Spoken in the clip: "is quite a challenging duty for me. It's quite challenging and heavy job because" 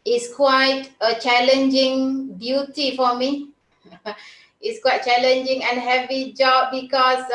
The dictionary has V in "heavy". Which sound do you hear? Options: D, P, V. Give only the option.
V